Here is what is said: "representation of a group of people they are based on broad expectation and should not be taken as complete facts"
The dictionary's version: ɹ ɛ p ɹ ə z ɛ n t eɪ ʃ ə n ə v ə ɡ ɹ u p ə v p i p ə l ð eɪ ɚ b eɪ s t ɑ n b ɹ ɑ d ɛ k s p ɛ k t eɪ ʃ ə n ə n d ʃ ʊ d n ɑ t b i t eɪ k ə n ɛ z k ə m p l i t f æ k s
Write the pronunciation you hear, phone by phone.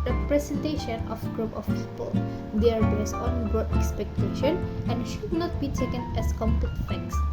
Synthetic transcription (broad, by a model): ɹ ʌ p ɹ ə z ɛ n t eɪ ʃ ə n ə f ɡ ɹ u p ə f p i p ə l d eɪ ɚ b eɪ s ɑ n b ɹ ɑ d ɛ k s p ɛ k t eɪ ʃ ə n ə n ʃ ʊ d n ɑ t b i t eɪ k ə n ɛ s k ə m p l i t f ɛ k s